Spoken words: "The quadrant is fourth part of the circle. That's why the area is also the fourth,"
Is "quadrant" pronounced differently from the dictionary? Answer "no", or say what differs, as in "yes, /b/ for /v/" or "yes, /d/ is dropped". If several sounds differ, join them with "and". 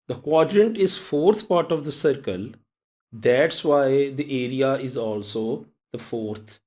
no